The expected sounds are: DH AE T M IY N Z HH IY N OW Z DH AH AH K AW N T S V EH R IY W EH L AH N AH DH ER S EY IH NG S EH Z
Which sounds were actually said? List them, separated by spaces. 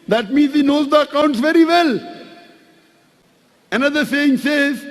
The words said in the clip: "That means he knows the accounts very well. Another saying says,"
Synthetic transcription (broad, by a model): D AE T M IY N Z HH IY N OW Z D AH AH K AW N T S V EH R IY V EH L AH N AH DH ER S EY IH NG S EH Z